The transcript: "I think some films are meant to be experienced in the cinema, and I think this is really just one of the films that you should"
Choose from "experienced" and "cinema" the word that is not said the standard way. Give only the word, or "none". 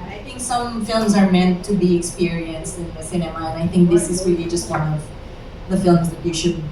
none